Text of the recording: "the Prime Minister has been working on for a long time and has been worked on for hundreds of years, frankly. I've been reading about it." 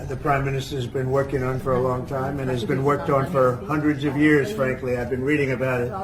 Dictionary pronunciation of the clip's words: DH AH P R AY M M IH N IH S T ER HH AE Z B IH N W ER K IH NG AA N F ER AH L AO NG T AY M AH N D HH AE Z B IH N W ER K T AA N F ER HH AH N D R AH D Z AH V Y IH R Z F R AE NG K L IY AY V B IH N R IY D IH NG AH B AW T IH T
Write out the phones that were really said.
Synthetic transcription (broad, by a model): DH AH P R AY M M IH N IH S T ER Z B IH N W ER K IH NG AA N F ER AH L AO NG T AY M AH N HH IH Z B IH N W ER K T N F ER HH AH N D R AH D Z AH V Y IH R Z F R AE NG K L IY AY V B IH N R IY D IH NG AH B AW T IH T